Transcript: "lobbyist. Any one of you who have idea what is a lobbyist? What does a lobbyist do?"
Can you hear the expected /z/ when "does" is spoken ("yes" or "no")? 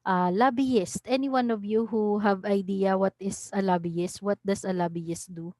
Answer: no